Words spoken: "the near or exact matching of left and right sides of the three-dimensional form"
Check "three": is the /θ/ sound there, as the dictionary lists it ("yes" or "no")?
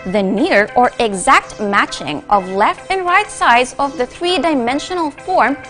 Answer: yes